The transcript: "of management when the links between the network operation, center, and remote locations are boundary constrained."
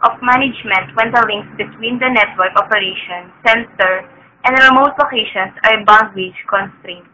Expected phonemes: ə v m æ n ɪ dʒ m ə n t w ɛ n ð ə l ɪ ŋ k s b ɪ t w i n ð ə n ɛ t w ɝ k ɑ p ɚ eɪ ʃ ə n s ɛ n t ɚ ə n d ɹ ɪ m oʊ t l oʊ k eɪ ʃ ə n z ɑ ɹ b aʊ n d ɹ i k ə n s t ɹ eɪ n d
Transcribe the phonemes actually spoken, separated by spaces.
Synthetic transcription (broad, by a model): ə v m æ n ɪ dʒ m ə n t w ɛ n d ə l ɪ ŋ k s b ɪ t w i n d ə n ɛ t w ɝ k ɑ p ɚ eɪ ʃ ə n s ɛ n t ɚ ə n d ɹ ɪ m oʊ t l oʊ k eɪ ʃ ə n s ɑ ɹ b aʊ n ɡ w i k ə n s t ɹ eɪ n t